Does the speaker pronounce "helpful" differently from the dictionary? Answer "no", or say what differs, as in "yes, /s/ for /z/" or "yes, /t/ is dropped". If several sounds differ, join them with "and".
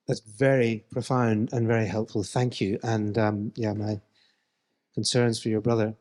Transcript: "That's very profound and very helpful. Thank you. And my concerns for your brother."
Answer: no